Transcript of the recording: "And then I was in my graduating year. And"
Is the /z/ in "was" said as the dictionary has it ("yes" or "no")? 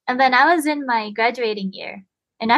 yes